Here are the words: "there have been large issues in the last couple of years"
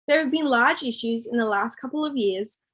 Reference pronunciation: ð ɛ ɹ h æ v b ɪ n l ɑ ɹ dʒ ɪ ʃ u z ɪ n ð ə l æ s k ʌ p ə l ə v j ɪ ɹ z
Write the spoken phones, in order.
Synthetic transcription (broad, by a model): ð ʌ ɹ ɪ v b ɪ n l ɑ ɹ dʒ ɪ ʃ u z ɪ n ð ə l æ s k ʌ p l ə v j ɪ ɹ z